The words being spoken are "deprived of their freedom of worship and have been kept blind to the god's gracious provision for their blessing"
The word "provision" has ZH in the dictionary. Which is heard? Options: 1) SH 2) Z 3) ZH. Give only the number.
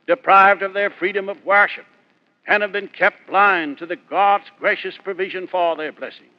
3